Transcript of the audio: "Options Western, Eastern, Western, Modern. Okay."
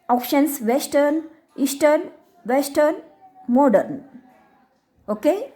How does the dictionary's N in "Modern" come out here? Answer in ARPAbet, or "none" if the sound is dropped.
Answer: N